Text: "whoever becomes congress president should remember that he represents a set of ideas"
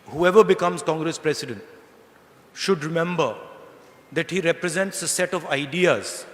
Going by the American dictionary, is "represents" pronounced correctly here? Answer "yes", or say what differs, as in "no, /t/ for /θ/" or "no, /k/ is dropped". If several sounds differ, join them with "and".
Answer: yes